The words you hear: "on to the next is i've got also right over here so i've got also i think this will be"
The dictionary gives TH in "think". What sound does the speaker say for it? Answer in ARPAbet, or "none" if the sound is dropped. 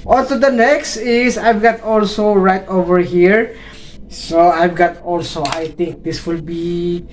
T